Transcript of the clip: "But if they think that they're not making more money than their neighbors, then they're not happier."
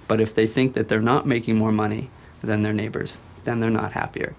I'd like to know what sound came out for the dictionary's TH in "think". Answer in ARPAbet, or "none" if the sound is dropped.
TH